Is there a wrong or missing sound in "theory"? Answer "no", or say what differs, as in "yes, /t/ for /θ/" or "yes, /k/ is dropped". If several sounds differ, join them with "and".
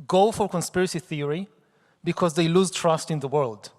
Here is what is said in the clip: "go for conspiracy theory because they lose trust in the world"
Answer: no